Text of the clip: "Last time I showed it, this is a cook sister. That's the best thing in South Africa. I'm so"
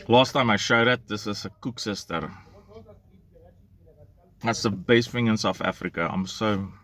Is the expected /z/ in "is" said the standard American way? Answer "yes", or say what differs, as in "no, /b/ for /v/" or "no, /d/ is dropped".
no, /s/ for /z/